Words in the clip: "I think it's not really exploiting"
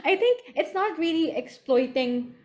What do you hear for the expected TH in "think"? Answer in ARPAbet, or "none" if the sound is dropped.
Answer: T